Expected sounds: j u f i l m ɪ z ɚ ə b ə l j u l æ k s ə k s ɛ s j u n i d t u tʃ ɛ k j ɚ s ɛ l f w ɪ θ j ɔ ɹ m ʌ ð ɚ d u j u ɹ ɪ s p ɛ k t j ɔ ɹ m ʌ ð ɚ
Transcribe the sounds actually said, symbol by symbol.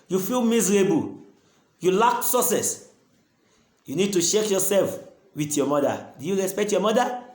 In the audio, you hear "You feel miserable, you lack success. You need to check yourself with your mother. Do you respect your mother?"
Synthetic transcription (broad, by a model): j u f i l m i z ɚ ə b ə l j u l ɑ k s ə s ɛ s j u n i d t u ʃ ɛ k j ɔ s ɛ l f w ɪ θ j ɔ m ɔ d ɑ d u j u ɹ ɪ s p ɛ k t j ɔ m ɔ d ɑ